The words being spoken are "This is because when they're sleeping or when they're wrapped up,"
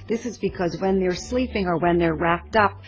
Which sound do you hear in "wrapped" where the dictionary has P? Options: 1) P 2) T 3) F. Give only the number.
1